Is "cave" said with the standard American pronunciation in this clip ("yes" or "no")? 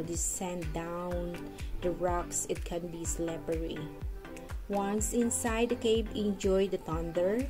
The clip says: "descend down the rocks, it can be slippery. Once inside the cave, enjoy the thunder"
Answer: no